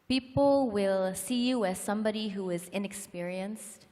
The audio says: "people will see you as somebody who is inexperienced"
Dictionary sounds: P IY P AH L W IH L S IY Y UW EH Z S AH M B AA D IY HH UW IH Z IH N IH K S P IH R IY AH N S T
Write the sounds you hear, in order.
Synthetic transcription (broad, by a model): P IY P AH L W IH L S IY Y UW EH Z S AH M B AA D IY HH UW IH Z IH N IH K S P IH R IY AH N S T